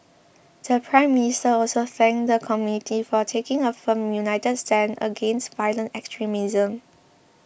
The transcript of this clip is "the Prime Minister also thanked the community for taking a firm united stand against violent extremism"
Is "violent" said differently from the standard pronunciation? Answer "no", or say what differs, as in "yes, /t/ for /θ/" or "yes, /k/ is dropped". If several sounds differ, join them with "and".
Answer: no